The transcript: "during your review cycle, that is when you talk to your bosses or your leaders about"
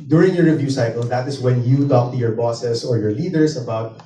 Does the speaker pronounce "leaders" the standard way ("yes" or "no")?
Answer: no